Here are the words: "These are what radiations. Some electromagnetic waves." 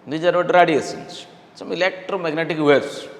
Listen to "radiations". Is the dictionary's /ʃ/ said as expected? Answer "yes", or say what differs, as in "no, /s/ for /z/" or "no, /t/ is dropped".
no, /s/ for /ʃ/